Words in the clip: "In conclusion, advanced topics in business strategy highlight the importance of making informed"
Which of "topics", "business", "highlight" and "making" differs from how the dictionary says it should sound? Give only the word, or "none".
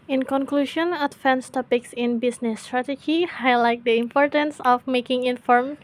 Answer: business